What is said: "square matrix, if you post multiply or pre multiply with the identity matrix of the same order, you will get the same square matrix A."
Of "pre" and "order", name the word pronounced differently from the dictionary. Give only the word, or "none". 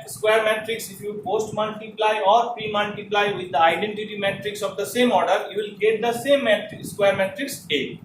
none